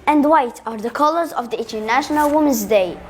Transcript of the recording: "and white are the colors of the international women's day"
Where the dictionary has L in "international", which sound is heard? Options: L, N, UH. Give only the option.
L